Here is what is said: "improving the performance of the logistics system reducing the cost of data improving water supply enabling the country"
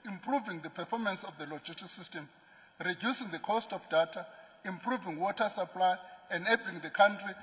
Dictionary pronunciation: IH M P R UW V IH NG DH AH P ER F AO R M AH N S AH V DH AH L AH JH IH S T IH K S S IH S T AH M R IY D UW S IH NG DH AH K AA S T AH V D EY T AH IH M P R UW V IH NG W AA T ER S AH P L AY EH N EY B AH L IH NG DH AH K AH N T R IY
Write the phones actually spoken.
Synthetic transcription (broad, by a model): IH M P R UW V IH NG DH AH P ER F AO M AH N S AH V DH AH L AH JH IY S T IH K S S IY S T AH M R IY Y UW S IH NG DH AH K AA S T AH F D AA T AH IH M P R UW V IH NG W AA T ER S AH P L AY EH N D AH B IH NG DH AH K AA N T R IY